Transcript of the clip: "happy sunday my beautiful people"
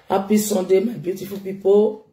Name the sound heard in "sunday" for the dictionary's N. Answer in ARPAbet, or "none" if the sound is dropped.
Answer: none